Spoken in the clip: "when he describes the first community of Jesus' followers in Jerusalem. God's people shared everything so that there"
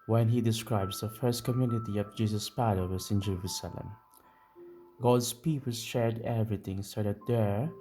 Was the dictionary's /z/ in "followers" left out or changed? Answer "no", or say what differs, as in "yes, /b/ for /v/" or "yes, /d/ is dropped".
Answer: yes, /s/ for /z/